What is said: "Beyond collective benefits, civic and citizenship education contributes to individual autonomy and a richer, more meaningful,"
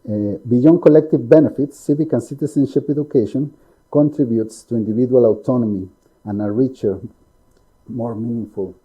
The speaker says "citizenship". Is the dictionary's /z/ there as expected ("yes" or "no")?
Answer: no